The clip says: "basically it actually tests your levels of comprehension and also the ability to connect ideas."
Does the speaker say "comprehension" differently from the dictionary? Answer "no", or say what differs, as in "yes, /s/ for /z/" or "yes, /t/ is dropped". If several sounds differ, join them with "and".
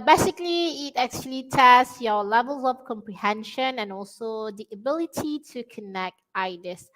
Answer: no